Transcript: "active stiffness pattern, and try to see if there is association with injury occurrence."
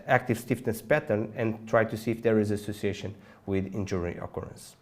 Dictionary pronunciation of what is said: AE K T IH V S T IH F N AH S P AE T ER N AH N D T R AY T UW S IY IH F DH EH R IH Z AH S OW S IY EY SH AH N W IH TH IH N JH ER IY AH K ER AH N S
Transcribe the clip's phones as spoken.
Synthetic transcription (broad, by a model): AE K T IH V S T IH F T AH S P AE T ER N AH N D T R AY T UW S IY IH F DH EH R IH Z AH S OW S IY EY SH AH N W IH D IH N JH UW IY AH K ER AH N S